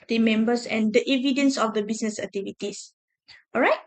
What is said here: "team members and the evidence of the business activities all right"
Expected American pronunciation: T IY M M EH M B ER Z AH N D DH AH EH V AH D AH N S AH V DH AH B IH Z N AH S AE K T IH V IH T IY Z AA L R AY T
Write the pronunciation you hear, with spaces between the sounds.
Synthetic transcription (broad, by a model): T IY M M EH M B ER S AH N D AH EH V AH D AH N S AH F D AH B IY S N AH S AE K T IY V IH T IY S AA R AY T